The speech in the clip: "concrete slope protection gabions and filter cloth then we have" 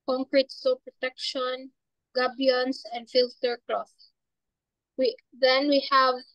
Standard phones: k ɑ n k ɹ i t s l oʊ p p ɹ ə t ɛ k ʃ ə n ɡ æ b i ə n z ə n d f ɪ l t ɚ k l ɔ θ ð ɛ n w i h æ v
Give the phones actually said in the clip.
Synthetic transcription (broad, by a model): k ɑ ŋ k ɹ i t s oʊ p p ɹ ə t ɛ k ʃ ə n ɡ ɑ b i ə n s ə n d f ɪ l t ɚ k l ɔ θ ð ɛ n w i h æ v